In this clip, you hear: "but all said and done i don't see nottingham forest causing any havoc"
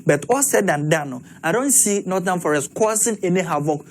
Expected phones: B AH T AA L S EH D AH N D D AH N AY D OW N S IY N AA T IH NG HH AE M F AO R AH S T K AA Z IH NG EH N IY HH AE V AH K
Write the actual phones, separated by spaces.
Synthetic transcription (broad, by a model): B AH T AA S EH D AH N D D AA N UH D OW N S IY N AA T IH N F AO R AH S T K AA S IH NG EH N IY HH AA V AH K